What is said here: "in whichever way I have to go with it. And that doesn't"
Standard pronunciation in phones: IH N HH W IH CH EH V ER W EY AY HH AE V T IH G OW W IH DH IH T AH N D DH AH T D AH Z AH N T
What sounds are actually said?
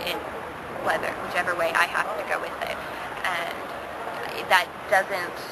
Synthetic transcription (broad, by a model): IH N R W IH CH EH V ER W EY AY HH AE F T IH G OW W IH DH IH T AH N DH AH T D AH Z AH N T